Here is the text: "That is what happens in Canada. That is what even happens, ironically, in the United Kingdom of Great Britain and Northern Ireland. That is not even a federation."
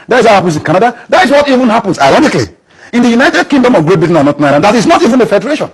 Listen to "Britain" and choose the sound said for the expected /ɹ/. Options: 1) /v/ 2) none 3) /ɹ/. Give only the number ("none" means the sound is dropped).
2